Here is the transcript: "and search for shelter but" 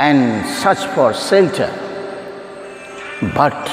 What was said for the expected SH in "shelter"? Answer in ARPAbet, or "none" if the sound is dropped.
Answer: S